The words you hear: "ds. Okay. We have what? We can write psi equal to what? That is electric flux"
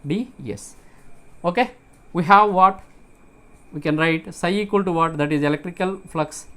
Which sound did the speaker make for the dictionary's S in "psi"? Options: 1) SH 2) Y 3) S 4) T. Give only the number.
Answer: 3